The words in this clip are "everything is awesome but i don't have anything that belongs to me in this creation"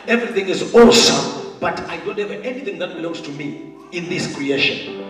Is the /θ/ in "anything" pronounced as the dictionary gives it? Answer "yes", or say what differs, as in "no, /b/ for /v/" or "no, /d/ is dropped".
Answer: yes